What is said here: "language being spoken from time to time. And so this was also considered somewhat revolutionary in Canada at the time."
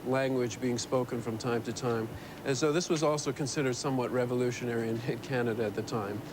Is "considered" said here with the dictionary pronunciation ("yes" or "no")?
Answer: yes